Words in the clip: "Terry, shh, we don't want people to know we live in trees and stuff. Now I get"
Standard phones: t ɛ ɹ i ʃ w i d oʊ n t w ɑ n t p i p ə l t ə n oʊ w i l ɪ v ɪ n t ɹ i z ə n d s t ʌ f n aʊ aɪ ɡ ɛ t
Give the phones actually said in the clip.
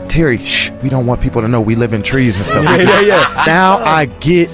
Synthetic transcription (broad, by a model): t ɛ ɹ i ʃ w i d oʊ n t w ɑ n p i p l t ə n oʊ w i l ɪ v ɪ n t ɹ i z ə n s t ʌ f n aʊ aɪ ɡ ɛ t